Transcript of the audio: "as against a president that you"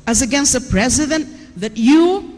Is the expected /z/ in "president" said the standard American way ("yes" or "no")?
yes